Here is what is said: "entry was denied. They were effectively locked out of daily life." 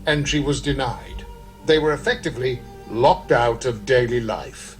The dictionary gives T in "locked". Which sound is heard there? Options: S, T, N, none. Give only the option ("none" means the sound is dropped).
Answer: T